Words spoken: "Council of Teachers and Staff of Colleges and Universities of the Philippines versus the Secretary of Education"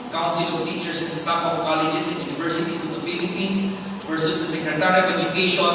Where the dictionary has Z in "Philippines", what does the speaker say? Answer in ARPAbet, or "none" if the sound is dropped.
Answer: S